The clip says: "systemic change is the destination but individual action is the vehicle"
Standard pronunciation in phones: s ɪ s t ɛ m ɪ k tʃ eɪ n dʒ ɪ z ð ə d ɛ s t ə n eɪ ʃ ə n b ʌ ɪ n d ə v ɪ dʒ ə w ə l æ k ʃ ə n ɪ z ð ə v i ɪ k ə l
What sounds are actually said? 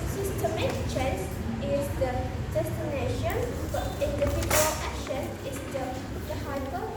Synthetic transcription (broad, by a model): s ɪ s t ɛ m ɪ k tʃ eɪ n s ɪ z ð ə d ɛ s t ə n eɪ ʃ ə n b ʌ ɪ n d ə p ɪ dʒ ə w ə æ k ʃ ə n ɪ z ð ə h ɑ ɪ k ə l